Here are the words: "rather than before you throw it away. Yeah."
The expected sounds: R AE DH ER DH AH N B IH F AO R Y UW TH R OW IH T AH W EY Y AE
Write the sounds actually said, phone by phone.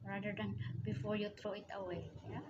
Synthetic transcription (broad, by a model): R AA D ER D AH N B IH F AO R Y UW T R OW IH T AH W EY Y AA